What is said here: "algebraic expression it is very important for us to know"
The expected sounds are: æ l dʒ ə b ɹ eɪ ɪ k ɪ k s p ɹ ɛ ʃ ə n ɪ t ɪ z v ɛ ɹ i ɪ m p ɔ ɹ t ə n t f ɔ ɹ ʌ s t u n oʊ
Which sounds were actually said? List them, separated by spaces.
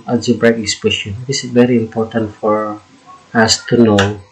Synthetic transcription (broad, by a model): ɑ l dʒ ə b ɹ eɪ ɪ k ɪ s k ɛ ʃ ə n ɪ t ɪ s v ɛ ɹ i ɪ m p ɔ ɹ t ə n t f ɔ ɹ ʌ s t u n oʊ